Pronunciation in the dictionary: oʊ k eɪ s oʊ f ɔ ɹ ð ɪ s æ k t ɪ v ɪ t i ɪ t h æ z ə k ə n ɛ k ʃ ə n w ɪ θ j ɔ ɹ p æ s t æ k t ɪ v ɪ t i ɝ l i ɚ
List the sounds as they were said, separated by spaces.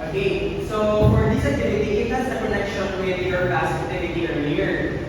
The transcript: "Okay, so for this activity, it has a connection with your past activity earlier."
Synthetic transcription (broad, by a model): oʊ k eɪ s oʊ f ɔ ɹ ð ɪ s æ k t ɪ v ɪ t i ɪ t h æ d ə k ə n ɛ k ʃ ə n w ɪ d j ɔ ɹ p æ s æ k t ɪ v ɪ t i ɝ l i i